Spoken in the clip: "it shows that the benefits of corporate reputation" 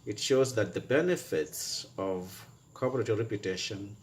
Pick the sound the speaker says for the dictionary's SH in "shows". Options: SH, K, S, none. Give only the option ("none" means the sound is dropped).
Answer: SH